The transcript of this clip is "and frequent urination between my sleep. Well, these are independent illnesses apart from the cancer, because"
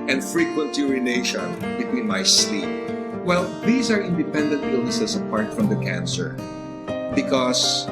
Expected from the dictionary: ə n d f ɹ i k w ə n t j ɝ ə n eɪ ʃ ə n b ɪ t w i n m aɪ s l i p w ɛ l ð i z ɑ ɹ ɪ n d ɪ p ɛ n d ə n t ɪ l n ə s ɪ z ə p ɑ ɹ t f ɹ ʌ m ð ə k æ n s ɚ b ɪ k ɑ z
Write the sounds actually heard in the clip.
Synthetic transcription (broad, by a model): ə n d f ɹ i k w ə n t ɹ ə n eɪ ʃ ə n b ɪ t w i n m aɪ s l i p w ɛ l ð i s ɑ ɹ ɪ n d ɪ p ɛ n d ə n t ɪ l n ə s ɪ s ə p ɑ ɹ t f ɹ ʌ m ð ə k æ n s ɚ b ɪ k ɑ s